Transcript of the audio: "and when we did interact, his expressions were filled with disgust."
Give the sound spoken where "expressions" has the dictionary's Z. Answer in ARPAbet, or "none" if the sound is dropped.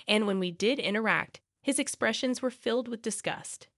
Z